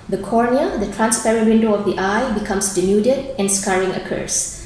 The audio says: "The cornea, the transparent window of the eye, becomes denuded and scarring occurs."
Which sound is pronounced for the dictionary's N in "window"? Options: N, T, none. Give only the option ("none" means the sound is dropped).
N